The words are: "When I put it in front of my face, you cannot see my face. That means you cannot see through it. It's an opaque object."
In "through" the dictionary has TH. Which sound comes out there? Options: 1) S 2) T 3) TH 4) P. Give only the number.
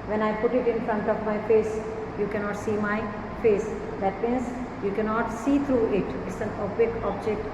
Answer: 2